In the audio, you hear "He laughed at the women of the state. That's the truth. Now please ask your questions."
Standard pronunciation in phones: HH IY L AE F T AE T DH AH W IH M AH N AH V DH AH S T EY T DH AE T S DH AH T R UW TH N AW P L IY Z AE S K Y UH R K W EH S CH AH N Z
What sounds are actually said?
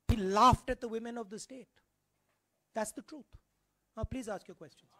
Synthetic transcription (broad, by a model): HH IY L AE F T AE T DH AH W IH M AH N AH V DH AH S T EY T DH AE T S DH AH T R UW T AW P L IY Z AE S K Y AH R K W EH S CH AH N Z